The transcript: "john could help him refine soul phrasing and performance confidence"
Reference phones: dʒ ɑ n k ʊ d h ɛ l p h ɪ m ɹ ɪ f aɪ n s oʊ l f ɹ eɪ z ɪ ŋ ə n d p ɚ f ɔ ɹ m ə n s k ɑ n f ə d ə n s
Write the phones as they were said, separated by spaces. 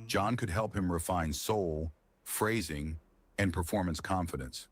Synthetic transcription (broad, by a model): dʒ ɑ n k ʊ d h ɛ l p h ɪ m ɹ ɪ f aɪ n s oʊ l f ɹ eɪ z ɪ ŋ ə n p ɚ f ɔ ɹ m ə n s k ɑ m f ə d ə n s